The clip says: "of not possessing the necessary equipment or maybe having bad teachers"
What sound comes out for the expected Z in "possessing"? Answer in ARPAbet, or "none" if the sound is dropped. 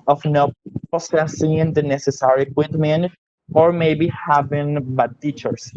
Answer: S